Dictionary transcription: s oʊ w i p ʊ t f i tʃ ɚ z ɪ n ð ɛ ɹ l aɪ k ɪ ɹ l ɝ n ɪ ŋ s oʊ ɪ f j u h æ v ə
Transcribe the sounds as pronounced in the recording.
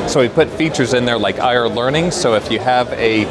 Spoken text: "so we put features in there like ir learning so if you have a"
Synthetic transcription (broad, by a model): s oʊ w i p ʊ t f i tʃ ɚ z ɪ n ð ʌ ɹ l aɪ k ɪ ɹ l ɝ n ɪ ŋ s oʊ ɪ f j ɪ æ v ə